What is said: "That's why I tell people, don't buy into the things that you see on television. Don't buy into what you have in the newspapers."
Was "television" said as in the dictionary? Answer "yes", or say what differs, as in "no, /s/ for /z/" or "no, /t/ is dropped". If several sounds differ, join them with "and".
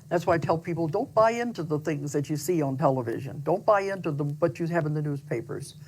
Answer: yes